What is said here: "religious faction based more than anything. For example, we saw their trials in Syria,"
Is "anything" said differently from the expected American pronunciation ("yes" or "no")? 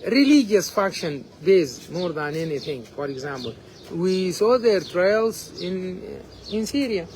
yes